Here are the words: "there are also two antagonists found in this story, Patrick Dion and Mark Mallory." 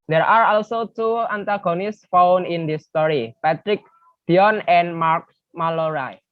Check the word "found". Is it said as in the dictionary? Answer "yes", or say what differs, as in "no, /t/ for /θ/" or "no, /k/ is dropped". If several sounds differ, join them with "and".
no, /d/ is dropped